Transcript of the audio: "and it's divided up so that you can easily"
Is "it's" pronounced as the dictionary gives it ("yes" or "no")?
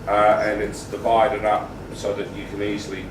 yes